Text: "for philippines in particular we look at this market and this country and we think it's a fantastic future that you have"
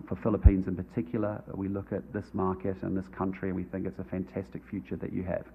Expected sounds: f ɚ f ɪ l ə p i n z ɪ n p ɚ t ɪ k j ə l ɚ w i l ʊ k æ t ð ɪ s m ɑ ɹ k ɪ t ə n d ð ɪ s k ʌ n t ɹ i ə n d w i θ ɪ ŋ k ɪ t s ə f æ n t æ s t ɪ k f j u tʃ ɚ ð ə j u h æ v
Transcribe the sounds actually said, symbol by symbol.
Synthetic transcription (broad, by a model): f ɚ f ɪ l ə p i n z ɪ n p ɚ t ɪ k j l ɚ w i l ʊ k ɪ t ð ɪ s m ɑ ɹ k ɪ t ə n ð ɪ s k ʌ n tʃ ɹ i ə n w i θ ɪ ŋ k ɪ t s ə f æ n t æ s t ɪ k f j u tʃ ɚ ð ə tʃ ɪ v